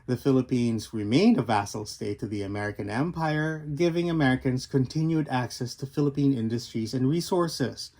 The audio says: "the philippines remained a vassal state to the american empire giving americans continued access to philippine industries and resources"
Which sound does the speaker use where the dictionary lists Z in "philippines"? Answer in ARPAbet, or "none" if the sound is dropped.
Z